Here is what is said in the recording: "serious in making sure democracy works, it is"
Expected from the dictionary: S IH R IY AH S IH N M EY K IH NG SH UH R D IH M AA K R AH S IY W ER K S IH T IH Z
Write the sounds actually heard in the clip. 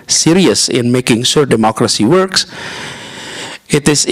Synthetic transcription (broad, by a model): S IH R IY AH S IH N M EY K IH NG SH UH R D IH M AA K R AH S IY W ER K S IH T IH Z